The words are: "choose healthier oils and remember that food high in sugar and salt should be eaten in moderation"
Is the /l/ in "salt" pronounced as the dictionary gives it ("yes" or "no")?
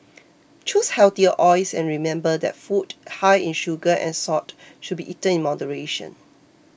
no